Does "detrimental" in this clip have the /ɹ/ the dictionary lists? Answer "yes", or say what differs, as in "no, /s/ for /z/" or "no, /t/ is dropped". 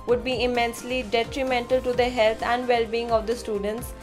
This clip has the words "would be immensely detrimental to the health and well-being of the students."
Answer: yes